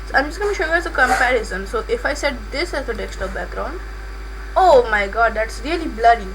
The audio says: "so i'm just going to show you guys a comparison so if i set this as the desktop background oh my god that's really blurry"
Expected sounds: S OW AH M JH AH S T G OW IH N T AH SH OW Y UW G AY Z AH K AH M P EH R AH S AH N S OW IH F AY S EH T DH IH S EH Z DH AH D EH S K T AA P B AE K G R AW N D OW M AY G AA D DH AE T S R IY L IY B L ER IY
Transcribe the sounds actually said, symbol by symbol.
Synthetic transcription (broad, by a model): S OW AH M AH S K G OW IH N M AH SH OW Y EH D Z AH K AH M P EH R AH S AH N S OW IH F AY S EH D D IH S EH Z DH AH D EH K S T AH B AE K G R AW N D OW M AY G AA D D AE T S R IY L IY B L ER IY